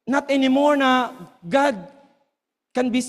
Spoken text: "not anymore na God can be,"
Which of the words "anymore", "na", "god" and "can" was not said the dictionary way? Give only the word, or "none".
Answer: none